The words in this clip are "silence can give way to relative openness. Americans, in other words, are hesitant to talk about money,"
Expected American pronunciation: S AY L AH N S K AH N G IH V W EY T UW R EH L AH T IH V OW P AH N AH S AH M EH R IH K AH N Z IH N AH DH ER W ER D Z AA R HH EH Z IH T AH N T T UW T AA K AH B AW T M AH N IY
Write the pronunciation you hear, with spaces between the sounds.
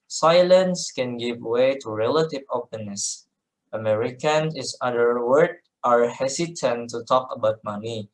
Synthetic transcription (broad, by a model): S AY L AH N S K AH N G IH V W EY T UW R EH L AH T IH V OW P AH N AH S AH M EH R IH K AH N IH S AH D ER W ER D AA R HH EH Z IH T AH N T T UW T AA K AH B AW T M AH N IY